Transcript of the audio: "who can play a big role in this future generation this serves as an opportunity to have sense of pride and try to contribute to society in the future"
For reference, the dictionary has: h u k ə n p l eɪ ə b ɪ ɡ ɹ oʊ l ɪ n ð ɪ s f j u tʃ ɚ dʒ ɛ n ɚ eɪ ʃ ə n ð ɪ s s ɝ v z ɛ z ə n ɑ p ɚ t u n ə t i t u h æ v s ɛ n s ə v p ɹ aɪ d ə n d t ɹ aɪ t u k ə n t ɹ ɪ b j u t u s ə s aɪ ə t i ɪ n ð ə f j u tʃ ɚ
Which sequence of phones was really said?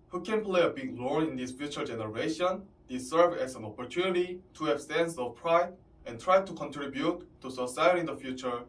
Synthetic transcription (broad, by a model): h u k ə n p l eɪ ə b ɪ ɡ l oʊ n ɪ n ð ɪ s f j u tʃ ɚ dʒ ɛ n ɚ eɪ ʃ ə n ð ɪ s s ɝ v ɛ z ə n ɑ p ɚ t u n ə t i t u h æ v s ɛ n s ə v p ɹ aɪ d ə n t ɹ aɪ t u k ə n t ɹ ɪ b j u t u s ə s aɪ ə t i n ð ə f j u tʃ ɚ